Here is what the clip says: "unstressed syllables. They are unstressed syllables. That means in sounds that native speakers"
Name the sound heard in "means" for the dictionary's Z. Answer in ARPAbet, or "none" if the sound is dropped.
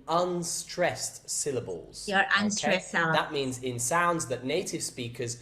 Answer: Z